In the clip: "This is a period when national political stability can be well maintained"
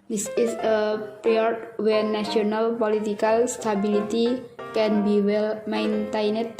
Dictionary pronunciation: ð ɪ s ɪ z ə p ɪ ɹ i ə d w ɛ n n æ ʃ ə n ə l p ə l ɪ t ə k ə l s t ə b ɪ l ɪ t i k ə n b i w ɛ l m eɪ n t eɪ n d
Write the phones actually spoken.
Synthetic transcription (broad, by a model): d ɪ s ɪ s ə p ɹ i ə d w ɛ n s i ə n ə l p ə l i t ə k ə l s t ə b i l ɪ t i k ə n b i w ɛ l m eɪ n t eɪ n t